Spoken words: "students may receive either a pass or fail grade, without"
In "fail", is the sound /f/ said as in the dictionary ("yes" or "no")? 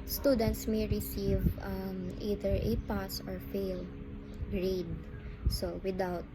yes